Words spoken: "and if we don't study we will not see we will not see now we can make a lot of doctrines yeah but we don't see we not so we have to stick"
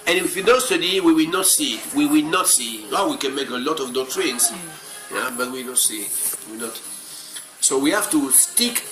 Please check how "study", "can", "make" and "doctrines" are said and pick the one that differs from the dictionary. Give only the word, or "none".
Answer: doctrines